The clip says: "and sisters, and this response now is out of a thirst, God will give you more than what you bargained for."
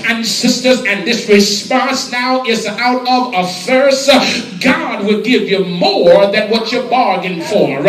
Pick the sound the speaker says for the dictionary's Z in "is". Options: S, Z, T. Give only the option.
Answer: Z